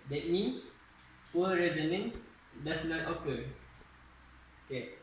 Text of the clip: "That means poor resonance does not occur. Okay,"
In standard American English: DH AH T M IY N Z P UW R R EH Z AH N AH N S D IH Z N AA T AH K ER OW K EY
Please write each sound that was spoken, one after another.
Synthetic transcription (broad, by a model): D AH T M IY N S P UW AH R EH Z AH N AH N S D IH S N AA T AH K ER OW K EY